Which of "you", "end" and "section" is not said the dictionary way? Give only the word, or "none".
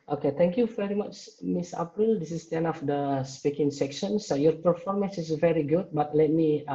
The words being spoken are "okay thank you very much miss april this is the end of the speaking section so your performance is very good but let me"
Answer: end